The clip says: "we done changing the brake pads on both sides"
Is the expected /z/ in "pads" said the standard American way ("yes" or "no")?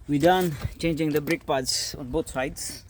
no